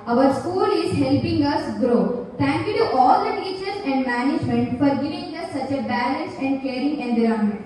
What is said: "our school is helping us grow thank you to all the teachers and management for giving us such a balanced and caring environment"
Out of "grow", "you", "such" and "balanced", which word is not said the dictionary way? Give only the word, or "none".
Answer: balanced